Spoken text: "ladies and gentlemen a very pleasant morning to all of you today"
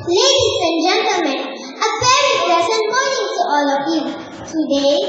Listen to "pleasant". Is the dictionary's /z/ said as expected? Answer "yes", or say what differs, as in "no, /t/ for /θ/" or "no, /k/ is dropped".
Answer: no, /s/ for /z/